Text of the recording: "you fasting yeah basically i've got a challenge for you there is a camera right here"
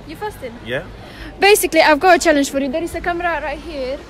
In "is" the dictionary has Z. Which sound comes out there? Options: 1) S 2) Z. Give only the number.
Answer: 1